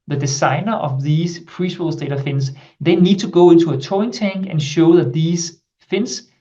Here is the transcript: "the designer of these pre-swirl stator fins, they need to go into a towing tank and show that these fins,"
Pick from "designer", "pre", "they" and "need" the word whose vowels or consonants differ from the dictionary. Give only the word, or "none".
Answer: designer